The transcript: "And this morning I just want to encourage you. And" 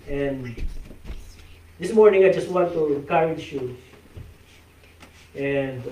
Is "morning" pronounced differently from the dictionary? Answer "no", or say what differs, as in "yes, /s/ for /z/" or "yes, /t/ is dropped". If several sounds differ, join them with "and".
no